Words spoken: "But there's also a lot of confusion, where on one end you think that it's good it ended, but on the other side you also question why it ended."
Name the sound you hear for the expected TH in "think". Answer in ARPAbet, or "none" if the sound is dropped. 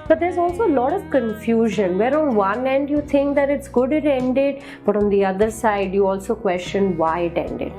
T